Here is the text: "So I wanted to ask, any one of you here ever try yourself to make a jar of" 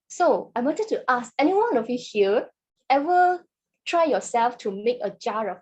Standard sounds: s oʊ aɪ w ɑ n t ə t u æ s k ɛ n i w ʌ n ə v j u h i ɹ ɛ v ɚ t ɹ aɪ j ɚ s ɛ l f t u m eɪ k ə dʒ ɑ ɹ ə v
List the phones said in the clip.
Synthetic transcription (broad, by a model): s oʊ aɪ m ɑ t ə t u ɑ s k ɛ n i w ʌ n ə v j u h i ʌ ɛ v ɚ t ɹ aɪ j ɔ s ɛ l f t u m eɪ k ə dʒ ɑ ɹ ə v